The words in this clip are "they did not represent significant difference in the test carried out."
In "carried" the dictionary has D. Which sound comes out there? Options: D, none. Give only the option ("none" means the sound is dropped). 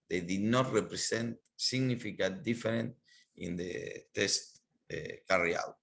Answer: none